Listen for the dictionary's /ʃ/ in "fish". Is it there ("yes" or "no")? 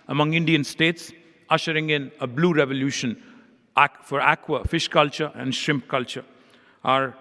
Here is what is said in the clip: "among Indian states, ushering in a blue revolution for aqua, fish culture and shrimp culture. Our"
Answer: yes